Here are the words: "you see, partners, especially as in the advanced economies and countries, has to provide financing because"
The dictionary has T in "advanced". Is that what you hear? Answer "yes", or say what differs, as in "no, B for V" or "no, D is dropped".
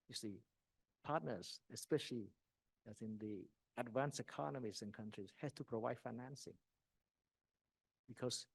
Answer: no, T is dropped